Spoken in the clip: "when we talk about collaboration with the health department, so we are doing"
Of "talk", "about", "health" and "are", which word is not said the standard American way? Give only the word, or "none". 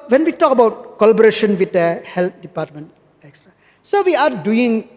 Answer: health